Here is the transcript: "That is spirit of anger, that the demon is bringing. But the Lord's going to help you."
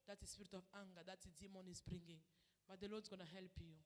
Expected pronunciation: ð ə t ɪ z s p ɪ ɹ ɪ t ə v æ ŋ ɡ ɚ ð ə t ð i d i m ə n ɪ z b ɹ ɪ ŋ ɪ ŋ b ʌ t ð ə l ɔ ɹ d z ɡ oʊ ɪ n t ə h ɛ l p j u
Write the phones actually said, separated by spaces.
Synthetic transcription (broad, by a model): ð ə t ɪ s p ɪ ɹ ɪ t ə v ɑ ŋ ɡ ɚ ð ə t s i d i m ə n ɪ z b ɹ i ŋ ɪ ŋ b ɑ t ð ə l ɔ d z ɡ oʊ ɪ n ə h ɛ l p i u